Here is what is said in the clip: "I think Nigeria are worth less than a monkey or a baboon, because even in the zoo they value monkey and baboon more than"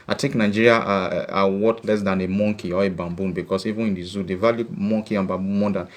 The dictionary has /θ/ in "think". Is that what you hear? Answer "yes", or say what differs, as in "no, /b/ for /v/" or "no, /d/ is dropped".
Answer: no, /t/ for /θ/